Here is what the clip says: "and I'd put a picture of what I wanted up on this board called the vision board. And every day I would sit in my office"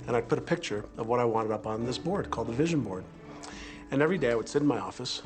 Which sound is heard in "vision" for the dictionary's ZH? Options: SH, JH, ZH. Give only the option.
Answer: ZH